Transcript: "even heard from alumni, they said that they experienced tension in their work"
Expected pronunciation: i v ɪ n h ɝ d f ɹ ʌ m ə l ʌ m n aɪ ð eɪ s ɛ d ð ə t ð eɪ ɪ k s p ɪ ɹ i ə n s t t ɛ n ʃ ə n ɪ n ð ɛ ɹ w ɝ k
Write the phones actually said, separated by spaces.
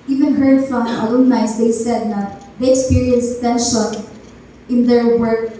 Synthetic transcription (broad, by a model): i v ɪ n h ɝ d f ɹ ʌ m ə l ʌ n aɪ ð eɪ s ɛ d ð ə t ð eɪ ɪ k s p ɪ ɹ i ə n s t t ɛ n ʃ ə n ɪ n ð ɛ ɹ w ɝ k